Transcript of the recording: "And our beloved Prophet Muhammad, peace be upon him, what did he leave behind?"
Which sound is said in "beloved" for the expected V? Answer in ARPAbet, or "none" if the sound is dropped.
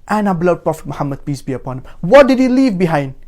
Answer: none